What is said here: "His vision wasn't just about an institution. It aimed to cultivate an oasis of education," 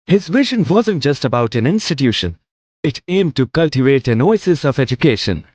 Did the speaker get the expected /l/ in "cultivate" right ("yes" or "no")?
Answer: yes